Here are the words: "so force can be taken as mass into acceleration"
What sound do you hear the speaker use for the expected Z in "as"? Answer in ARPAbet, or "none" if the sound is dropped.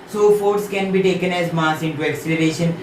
Z